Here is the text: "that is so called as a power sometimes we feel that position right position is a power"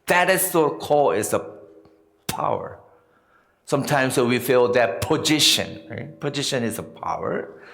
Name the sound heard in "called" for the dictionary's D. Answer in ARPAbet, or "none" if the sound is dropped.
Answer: none